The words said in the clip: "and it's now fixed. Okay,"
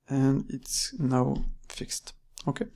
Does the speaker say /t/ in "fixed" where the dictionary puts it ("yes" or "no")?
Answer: yes